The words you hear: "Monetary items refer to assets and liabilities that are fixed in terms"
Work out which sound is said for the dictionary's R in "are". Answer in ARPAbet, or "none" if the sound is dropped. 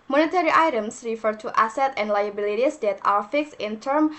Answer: W